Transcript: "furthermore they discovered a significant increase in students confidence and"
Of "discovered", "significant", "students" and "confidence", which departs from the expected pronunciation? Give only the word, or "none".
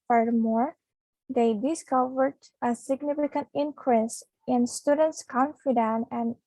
confidence